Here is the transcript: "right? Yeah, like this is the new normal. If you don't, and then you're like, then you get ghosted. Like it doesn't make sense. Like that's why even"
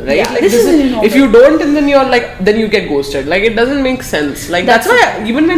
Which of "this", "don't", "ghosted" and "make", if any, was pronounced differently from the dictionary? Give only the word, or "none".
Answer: this